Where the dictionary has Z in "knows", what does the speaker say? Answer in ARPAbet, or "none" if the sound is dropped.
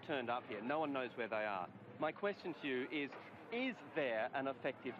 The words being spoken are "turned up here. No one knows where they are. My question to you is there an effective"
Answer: Z